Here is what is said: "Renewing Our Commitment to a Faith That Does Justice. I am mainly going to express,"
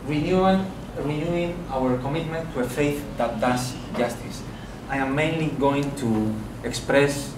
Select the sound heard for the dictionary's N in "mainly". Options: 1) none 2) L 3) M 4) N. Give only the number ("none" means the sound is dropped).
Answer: 4